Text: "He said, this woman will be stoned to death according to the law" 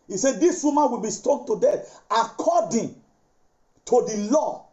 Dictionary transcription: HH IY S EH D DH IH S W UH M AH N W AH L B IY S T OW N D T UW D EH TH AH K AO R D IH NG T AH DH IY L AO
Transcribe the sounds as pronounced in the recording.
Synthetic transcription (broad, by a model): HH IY S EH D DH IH S W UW M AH N W AH L B IY S T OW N T UW D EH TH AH K AO D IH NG T AH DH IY L AO